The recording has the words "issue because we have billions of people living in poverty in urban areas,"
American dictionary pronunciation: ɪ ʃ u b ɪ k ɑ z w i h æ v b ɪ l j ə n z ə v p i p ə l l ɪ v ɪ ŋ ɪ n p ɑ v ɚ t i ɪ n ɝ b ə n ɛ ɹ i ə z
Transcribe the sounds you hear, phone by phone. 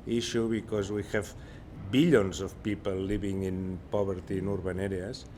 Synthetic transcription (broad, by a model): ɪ ʃ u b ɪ k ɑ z w i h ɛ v b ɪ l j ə n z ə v p i p ə l l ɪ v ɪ ŋ ɪ n p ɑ b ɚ t i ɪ n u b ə n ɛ ɹ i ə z